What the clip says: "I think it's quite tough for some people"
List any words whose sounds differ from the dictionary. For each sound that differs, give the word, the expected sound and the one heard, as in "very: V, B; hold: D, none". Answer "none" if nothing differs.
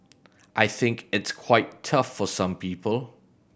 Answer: none